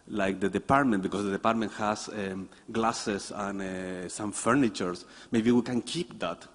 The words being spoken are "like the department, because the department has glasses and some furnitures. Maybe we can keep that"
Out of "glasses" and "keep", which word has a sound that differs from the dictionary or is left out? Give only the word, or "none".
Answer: glasses